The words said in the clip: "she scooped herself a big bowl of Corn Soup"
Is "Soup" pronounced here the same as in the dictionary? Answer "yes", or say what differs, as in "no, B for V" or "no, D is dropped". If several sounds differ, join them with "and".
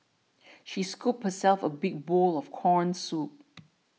yes